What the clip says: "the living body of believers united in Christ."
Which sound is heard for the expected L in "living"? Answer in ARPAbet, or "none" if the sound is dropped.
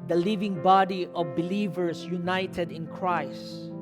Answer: L